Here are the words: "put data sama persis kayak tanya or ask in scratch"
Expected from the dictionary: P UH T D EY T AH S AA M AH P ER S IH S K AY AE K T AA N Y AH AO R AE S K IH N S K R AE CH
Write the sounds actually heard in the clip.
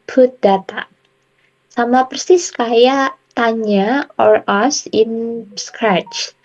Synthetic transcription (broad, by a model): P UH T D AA T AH S AA M AH P ER S IH S K AY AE T AA N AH AO R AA S IH N S K R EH CH